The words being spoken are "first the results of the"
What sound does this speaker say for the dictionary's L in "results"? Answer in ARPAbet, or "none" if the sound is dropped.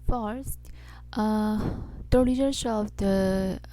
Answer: none